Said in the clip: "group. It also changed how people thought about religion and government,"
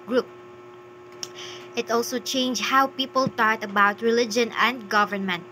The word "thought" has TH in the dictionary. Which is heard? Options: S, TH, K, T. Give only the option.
T